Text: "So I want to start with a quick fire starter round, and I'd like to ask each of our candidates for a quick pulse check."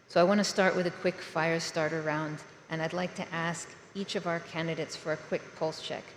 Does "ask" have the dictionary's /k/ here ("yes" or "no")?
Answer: yes